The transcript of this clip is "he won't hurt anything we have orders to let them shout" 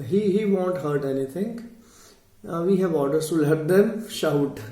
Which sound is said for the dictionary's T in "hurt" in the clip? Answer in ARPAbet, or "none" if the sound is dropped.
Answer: T